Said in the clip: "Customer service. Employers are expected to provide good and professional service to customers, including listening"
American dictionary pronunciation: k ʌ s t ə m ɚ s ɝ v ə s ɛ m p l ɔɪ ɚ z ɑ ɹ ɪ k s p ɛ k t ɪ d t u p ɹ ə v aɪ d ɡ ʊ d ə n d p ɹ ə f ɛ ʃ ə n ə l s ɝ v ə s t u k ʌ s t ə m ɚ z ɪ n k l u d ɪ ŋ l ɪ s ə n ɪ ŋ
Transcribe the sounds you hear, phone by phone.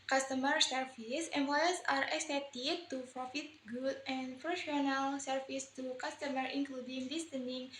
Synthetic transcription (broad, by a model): k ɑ s t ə m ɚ s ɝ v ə s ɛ m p l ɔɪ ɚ s ɑ ɹ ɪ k s ɛ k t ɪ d t u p ɹ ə f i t ɡ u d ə n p ɹ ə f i ə n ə l s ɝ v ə s t u k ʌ s t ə m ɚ ɪ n k l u d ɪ ŋ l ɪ s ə n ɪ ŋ